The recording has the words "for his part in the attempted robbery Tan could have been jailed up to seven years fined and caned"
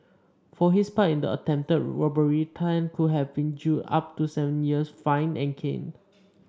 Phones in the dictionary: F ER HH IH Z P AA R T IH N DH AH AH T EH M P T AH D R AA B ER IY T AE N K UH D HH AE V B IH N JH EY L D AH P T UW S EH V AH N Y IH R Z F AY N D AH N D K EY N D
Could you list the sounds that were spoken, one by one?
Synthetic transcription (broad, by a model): F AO HH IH S P AA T IH N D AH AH T EH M P T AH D R AA B ER IY T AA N K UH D HH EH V B IH N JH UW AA P T UW S EH V AH N Y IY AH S F AY N AH N K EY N